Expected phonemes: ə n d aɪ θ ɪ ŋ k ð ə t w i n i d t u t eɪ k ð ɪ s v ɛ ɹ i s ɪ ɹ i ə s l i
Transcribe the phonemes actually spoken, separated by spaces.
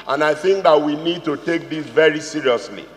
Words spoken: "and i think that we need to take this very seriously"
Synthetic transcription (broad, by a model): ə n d aɪ θ ɪ ŋ k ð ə t w i n i d t u t eɪ k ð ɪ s v ɛ ɹ i s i ɹ i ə s l i